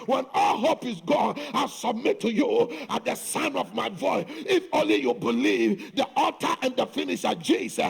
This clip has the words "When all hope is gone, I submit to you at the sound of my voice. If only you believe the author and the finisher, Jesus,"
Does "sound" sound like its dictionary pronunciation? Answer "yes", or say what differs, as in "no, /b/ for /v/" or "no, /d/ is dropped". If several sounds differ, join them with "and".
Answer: no, /d/ is dropped